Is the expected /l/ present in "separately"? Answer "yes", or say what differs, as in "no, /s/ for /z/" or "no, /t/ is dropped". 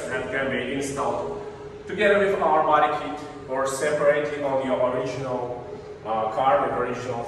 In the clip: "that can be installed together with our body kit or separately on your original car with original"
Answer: no, /l/ is dropped